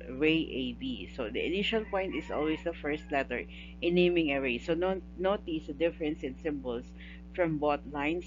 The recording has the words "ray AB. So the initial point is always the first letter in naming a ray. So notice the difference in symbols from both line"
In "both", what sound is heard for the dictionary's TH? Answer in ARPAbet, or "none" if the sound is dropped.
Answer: T